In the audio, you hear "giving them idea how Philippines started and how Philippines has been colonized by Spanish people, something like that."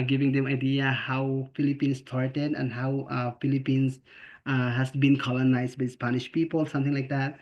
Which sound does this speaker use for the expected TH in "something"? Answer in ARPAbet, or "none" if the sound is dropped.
T